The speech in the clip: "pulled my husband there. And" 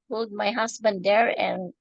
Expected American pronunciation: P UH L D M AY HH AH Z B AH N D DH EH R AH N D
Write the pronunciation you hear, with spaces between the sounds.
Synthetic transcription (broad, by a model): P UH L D M AY HH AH S B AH N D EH R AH N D